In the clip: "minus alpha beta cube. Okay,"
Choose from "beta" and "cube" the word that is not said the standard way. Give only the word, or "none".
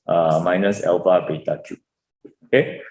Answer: cube